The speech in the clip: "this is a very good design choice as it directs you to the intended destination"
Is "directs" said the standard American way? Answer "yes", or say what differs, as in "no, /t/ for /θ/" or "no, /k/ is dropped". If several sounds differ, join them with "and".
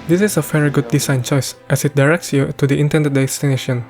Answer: yes